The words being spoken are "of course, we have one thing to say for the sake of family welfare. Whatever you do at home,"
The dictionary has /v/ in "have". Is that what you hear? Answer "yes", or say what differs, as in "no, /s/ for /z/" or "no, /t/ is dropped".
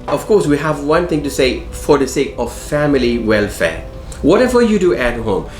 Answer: yes